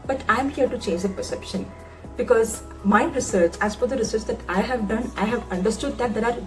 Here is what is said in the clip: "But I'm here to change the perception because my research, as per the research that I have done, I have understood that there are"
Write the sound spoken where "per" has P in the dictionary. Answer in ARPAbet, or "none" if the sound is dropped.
F